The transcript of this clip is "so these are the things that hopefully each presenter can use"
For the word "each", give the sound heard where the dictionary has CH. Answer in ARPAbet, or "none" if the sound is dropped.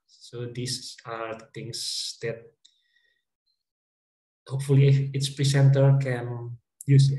S